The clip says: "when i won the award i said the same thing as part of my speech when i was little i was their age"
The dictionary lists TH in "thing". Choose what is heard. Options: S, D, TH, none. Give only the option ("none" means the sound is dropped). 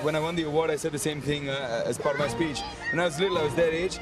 TH